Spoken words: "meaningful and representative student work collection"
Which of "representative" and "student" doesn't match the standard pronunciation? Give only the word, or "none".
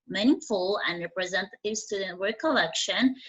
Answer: none